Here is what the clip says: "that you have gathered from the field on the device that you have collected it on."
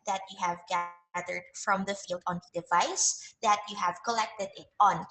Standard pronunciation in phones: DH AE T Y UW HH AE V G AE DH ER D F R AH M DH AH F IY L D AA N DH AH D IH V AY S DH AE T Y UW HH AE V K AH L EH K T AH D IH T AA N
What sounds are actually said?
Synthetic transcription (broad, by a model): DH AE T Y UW HH AE V G AE DH ER D F R AH M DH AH F IY L D AA N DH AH D IH V AY S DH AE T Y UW HH AE V K AH L EH K T AH D IH T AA N